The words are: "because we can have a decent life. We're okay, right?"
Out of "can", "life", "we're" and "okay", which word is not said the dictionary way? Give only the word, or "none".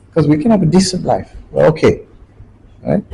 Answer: we're